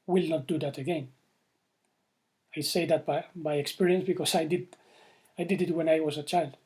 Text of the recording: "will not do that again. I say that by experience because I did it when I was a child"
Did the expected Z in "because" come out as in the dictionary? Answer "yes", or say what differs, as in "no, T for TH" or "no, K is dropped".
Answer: no, S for Z